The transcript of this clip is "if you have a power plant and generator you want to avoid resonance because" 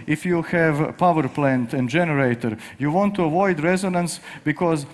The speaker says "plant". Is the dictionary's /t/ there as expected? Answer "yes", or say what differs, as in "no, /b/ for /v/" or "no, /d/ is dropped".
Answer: yes